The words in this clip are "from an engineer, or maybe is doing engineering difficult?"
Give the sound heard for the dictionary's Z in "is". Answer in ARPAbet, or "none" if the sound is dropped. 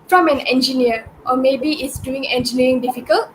S